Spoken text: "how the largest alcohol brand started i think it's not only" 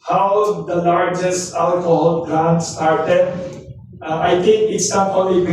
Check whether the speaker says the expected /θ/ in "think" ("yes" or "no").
no